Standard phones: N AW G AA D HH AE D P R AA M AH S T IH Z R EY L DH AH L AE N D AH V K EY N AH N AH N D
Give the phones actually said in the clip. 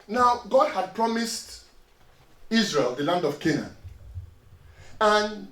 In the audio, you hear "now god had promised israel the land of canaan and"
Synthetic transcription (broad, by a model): N AW G AA D HH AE D P R AA M AH S T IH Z R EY L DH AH L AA N D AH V K EY N AH N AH N